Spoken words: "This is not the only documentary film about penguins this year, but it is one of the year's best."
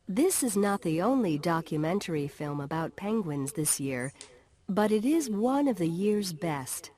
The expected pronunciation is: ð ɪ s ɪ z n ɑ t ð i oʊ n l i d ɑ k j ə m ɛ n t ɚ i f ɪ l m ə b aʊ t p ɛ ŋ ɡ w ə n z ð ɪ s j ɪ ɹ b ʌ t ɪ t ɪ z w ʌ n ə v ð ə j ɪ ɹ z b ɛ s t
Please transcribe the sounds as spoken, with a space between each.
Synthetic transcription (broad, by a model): ð ɪ s ɪ z n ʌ t ð i oʊ n l i d ɑ k j ə m ɛ n t ɚ i f ɪ l m ə b aʊ t p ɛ ŋ ɡ w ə n z ð ɪ s j ɪ ɹ b ʌ t ɪ t ɪ z w ʌ n ə v ð ə j ɪ ɹ z b ɛ s t